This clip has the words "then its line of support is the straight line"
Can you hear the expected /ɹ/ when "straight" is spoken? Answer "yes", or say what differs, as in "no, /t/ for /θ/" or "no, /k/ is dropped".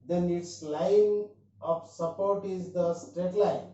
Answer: yes